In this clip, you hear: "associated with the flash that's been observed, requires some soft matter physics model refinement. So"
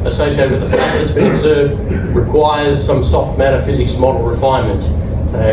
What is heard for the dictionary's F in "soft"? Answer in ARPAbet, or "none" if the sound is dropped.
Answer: F